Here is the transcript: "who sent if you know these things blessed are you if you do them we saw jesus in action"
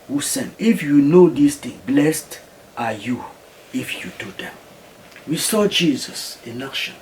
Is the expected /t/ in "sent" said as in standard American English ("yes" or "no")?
no